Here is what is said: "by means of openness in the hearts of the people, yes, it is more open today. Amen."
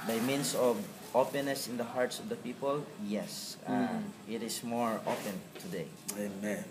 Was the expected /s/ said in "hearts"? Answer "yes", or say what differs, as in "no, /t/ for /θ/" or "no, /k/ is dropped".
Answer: yes